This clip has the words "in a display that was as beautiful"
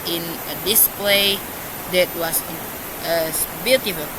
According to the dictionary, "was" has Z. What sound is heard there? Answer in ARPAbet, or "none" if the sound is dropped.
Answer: S